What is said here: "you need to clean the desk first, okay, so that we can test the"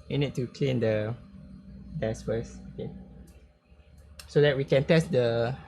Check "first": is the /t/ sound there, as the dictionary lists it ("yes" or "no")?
no